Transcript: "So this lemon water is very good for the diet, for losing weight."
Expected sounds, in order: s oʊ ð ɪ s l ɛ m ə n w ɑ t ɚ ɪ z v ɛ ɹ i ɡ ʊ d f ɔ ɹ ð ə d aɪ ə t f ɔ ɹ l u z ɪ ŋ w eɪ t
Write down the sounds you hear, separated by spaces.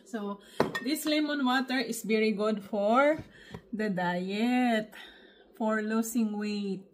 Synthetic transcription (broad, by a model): s oʊ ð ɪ s l ɛ m ə n w ɑ t ɚ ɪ s v ɛ ɹ i ɡ ʊ d f ɔ ɹ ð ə d aɪ ə t f ɔ ɹ l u s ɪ ŋ w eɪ t